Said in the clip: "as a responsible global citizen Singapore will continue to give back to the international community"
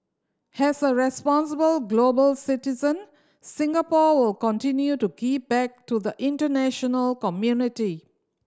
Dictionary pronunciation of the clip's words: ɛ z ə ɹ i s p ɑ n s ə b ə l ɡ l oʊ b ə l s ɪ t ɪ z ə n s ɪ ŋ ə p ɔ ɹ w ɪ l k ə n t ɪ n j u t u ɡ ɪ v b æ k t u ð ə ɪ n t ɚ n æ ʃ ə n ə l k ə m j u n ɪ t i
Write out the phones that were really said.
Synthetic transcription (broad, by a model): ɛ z ə ɹ i s p ɑ n s ə b ə l ɡ l oʊ b ə l s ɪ t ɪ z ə n s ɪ ŋ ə p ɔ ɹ w ɪ l k ə n t ɪ n j u t u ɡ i p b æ k t u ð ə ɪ n t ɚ n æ ʃ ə n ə l k ə m j u n ɪ t i